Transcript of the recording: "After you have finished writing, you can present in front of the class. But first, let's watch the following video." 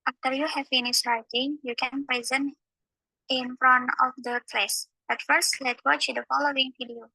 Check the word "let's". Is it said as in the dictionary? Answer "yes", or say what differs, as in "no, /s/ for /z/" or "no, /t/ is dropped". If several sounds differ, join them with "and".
no, /s/ is dropped